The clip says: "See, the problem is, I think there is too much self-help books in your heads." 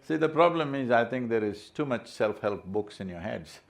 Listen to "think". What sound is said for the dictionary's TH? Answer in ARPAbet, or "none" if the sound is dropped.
T